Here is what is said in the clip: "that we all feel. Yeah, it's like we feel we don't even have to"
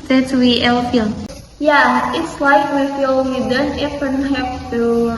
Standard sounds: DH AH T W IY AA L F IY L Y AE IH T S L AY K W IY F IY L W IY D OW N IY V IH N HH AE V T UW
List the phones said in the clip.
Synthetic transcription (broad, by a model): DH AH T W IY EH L F IY L Y AE IH T S L AY K W IY F IY L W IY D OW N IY F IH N HH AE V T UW